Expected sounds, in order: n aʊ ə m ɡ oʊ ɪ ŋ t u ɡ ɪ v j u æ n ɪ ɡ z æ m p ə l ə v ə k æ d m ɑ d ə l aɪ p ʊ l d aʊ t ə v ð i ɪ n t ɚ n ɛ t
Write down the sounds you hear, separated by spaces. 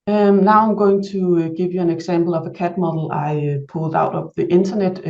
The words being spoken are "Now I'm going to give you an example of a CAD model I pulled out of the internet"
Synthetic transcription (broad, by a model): n aʊ ə m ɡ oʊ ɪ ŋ s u ɡ ɪ v j u æ n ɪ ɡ s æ m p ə l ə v ə k æ d m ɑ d l aɪ p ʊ l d aʊ t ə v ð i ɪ n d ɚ n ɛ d